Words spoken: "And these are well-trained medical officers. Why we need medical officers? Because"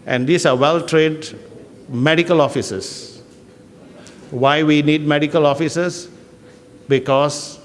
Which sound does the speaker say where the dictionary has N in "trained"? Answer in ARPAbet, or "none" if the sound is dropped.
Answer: none